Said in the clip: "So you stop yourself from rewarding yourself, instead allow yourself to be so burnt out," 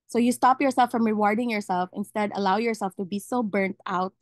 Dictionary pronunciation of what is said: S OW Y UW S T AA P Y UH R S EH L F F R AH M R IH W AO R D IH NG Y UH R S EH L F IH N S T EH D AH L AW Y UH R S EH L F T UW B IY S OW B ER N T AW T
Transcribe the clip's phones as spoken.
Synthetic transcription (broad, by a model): S OW Y UW S T AA P Y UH R S EH L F F R AH M R IH W AO R D IH NG Y UH R S EH L F IH N S T EH D AH L AW Y UH R S EH L F T UW B IY S OW B ER N T AW T